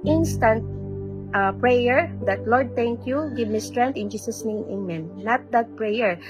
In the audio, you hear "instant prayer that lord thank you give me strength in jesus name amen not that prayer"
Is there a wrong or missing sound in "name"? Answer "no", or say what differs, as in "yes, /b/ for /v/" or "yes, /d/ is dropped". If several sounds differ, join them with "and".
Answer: yes, /m/ is dropped